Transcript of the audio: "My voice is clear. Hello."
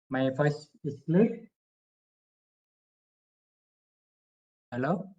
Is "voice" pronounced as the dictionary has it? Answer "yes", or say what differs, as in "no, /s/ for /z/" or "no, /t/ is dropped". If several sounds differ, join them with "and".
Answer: no, /f/ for /v/